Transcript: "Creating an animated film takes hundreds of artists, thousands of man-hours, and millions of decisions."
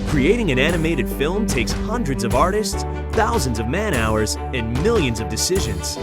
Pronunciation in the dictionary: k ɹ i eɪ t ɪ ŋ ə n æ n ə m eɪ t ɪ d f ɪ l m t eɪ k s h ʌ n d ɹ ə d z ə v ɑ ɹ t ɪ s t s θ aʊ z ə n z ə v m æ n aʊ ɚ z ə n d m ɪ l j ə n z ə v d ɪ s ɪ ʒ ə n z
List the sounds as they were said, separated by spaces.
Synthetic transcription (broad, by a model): k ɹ i eɪ t ɪ ŋ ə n æ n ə m eɪ t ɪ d f ɪ l m t eɪ k s h ʌ n d ɹ ə d z ə v ɑ ɹ t ɪ s t s θ aʊ z ə n z ə v m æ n aʊ ɚ z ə n m ɪ l j ə n z ə v d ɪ s ɪ ʒ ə n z